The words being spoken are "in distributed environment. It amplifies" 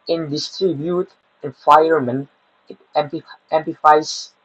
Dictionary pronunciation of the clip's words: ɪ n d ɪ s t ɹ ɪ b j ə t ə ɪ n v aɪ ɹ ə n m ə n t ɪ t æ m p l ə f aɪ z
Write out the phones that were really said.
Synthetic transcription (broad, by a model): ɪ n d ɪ s t ɹ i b j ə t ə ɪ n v aɪ ə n m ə n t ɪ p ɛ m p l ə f aɪ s